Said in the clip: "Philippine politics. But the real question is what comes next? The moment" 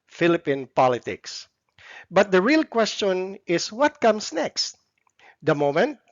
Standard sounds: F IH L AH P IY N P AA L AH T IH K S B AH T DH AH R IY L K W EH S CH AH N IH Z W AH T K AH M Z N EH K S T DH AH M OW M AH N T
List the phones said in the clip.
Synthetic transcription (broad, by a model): F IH L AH P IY N P AA L AH T IH K S B AH T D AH R IY L K W EH S CH AH N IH S W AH T K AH M S N EH K S T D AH M OW M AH N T